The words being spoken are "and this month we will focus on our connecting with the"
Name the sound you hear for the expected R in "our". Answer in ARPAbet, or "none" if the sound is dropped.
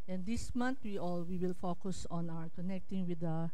R